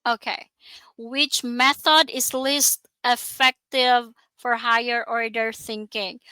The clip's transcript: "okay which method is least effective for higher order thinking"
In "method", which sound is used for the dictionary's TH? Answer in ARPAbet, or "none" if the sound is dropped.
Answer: TH